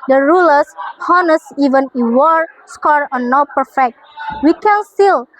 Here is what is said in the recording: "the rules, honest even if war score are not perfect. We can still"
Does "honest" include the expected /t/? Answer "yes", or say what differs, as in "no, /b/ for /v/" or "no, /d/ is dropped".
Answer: no, /t/ is dropped